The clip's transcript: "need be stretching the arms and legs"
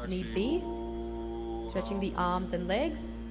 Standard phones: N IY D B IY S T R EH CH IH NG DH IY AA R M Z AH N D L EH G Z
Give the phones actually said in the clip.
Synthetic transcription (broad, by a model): N IY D B IY S T R EH CH IH NG DH IY AA R M Z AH N L EH G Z